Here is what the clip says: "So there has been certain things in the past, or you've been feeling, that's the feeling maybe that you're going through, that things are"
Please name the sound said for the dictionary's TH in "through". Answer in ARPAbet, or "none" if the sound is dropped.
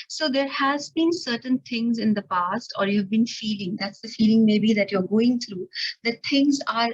T